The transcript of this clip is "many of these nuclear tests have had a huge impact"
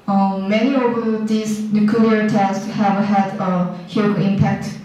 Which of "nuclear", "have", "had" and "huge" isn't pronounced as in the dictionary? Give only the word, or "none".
huge